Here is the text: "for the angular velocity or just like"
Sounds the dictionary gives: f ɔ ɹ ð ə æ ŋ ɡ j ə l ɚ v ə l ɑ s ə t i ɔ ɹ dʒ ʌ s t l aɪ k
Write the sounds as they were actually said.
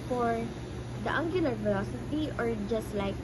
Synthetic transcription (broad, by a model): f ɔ ɹ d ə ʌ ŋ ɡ j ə l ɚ f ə l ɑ s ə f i ɔ ɹ dʒ ʌ s t l aɪ k